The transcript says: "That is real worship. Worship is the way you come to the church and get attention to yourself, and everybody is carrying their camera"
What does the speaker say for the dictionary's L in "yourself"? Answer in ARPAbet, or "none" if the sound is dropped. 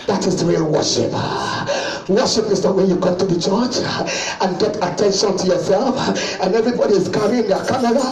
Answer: L